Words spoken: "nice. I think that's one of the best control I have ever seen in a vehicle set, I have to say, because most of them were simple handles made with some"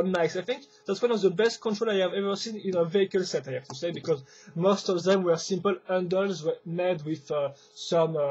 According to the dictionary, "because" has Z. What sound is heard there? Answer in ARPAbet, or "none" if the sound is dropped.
Z